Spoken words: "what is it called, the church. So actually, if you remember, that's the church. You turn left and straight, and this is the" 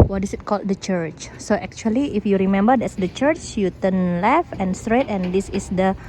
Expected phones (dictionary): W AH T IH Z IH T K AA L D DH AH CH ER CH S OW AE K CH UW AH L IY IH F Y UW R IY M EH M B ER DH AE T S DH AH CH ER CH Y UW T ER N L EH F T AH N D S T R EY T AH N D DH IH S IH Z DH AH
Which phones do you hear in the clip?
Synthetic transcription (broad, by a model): W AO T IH S IH T K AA L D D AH CH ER CH S OW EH K CH UW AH L IY IH F Y UW R IY M EH M B ER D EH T S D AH CH ER CH Y UW T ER N L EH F AH N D S T R EY T AH N D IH S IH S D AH